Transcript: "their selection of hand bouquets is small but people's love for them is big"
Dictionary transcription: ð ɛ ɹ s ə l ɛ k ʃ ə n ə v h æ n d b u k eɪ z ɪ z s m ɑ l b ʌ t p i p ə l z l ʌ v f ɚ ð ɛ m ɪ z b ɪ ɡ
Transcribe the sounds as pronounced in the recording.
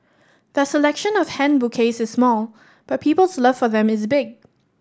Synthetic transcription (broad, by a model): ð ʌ s ə l ɛ k ʃ ə n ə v h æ n b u k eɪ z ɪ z s m ɑ l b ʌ t p i p ə l s l ʌ v f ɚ ð ɛ m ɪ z b ɪ ɡ